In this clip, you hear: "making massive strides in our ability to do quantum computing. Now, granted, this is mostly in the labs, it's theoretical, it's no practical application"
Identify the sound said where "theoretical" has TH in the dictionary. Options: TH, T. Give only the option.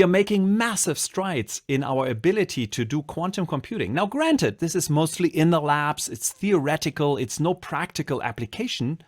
TH